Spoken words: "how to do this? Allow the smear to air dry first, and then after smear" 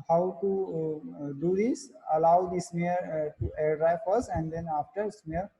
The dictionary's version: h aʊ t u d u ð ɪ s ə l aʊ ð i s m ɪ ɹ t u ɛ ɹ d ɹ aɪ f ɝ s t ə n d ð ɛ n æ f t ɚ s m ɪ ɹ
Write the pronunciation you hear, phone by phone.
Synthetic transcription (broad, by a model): h aʊ t u d u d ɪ s ə l aʊ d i s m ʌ ɹ t u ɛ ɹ d ɹ aɪ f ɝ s ə n d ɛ n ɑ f t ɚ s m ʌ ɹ